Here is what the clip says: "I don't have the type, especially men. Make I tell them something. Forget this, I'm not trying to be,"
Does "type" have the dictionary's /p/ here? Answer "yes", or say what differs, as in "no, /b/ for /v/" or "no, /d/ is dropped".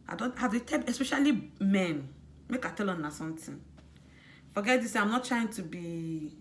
no, /p/ is dropped